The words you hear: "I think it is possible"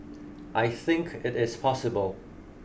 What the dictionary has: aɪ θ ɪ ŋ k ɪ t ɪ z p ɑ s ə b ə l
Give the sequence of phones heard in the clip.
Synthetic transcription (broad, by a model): aɪ θ ɪ ŋ k ɪ t ɪ z p ɑ s ə b ə l